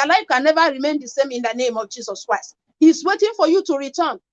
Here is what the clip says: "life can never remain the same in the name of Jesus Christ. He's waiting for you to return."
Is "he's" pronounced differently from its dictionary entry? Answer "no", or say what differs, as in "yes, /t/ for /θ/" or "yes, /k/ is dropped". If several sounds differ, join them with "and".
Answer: yes, /s/ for /z/